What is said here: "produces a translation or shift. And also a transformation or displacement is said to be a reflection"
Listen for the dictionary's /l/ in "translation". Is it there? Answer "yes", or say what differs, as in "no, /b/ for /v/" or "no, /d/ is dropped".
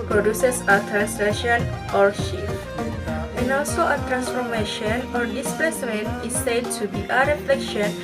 no, /l/ is dropped